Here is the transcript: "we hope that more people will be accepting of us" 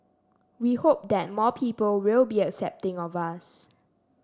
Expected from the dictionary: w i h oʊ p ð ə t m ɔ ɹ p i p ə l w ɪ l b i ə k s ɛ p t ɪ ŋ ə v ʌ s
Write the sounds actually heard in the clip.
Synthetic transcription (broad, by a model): w i h oʊ p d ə t m ɔ p i p ə l w ɪ l b i ə k s ɛ p t ɪ ŋ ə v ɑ s